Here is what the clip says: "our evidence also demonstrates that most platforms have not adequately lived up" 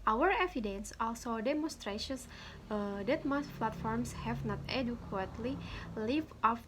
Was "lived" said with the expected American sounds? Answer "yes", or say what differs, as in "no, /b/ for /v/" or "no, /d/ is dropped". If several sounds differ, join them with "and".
no, /d/ is dropped